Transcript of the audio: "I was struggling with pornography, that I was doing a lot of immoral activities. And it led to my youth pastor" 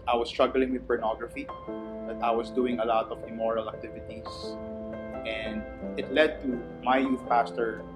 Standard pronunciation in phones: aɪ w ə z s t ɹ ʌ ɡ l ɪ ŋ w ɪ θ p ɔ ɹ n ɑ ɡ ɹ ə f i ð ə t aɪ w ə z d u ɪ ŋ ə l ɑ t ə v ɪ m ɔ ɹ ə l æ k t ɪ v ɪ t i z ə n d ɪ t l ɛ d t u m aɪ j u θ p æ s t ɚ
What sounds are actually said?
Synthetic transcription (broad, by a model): aɪ w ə s t ɹ ʌ ɡ l ɪ ŋ w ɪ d p ɔ ɹ n ɑ ɡ ɹ ə f i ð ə t aɪ w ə s d u ɪ ŋ ə l ɑ t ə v ɪ m ɔ ɹ ə l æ k t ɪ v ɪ t i s ə n d ɪ t l ɛ d t u m aɪ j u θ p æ s t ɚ